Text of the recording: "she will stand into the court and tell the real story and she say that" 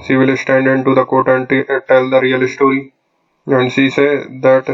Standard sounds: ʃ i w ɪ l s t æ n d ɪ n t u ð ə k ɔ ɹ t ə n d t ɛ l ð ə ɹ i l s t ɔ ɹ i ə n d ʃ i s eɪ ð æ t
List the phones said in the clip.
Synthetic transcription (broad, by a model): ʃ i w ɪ l s t æ n d ɪ n t u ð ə k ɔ t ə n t t ɛ l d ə ɹ i l s t ɔ ɹ i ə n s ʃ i s eɪ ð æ t